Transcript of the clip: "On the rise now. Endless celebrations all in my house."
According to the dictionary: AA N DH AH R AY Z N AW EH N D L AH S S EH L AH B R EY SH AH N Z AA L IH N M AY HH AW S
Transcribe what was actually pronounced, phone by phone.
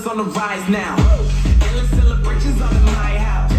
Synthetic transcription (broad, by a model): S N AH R AY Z N AW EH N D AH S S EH L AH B R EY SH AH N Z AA N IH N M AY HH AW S